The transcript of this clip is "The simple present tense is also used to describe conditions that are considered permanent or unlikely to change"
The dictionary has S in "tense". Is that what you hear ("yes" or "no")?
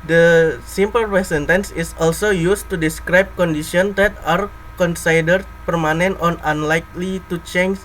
yes